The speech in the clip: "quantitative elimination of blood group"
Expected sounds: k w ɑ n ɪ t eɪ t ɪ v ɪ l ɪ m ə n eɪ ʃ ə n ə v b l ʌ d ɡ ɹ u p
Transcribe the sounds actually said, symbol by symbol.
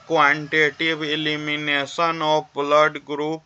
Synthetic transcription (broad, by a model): k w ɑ n t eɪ t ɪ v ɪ l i m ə n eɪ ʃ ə n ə p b l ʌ d ɡ ɹ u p